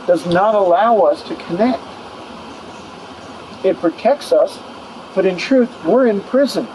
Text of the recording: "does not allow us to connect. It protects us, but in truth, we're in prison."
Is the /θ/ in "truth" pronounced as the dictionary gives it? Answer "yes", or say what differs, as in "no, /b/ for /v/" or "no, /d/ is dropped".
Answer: yes